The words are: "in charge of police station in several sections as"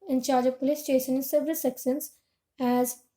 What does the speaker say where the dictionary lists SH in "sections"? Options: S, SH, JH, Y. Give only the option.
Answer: S